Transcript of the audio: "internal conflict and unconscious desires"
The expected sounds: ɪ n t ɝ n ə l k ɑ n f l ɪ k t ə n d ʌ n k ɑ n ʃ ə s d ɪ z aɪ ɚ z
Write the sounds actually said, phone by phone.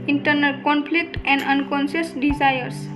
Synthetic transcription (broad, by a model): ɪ n t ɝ n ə l k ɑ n p l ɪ k t ə n d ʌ n k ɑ n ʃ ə s d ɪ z aɪ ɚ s